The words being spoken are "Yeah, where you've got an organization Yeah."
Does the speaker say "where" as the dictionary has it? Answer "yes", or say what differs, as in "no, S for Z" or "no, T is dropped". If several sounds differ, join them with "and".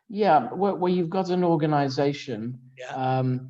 no, W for R